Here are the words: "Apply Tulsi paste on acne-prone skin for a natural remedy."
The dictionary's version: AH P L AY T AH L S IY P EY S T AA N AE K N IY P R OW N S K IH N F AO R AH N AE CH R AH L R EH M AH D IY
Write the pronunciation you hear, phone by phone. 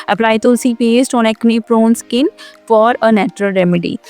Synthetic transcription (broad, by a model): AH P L AY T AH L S IY P EY S T AA N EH K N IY P R OW N S K IH N F AO R AH N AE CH R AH L R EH M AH D IY